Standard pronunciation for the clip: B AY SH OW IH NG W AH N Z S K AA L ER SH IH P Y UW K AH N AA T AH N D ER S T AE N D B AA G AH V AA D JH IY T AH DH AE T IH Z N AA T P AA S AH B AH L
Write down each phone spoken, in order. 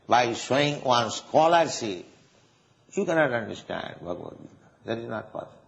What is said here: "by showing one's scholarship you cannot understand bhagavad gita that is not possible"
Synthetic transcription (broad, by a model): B AY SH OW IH NG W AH N S K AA L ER S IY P Y UW K AH N AA T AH N D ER S T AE N D B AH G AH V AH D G IY T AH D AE T IH Z N AA T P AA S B